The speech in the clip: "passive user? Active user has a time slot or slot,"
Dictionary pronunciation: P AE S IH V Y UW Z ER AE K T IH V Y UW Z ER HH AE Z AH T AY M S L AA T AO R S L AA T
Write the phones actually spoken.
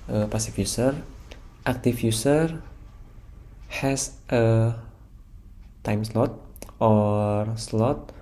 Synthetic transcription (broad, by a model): P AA S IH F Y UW S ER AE K T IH F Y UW S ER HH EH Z AH T AY M S L AA T AO R S L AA T